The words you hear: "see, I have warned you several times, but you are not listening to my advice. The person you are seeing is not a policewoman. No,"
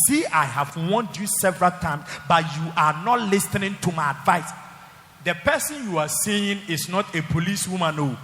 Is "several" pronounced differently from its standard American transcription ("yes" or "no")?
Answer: no